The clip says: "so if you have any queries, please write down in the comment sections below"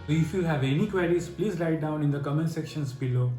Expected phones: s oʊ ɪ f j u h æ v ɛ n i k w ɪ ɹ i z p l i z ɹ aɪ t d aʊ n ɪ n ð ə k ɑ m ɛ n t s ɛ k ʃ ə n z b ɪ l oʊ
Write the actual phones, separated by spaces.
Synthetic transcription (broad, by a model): ɪ f j u h æ v ɛ n i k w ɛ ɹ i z p l i z l aɪ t d aʊ n ɪ n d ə k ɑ m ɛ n s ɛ k ʃ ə n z b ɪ l oʊ